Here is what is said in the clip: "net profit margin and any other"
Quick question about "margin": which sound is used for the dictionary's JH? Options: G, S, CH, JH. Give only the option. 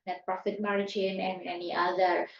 CH